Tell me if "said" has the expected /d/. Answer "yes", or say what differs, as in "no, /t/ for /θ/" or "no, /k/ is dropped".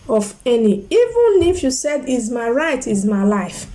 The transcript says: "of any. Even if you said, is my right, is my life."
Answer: yes